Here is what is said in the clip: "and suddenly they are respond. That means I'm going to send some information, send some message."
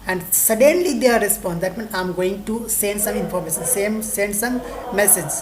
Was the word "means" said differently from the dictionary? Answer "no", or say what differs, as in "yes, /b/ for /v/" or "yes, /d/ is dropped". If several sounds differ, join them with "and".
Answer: yes, /z/ is dropped